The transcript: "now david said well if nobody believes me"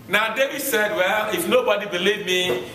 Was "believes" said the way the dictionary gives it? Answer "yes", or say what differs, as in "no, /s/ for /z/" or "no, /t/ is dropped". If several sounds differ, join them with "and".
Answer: no, /z/ is dropped